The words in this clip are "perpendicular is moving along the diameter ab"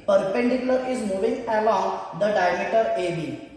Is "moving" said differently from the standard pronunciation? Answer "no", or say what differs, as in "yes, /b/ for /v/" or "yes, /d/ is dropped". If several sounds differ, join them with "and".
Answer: no